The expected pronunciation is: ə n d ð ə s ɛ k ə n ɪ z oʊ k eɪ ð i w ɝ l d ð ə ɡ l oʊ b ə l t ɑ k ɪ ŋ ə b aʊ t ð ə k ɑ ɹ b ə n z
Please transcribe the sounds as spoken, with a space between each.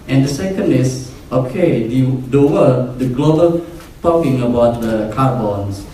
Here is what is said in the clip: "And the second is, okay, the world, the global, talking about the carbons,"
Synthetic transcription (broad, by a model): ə n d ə s ɛ k ə n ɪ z oʊ k eɪ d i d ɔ w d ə ɡ l oʊ b ə l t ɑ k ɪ ŋ ə b aʊ t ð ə k ɑ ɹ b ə n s